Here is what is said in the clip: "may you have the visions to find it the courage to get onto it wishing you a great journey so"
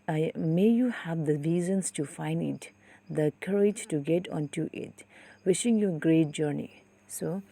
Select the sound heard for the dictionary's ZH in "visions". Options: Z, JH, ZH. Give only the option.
Z